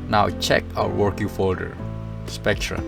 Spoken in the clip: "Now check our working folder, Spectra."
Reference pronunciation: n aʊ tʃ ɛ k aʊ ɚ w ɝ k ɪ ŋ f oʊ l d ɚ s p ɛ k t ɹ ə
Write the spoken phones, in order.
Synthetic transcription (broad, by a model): n aʊ tʃ ɛ k aʊ ɚ w ɝ k ɪ ŋ f oʊ l d ɚ s p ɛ k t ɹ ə